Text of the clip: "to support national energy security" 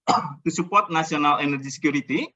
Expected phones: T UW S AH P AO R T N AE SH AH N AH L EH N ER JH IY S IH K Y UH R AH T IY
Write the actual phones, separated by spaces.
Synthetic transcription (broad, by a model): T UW S AH P AO R T N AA S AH N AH L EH N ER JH IY S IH K Y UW R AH T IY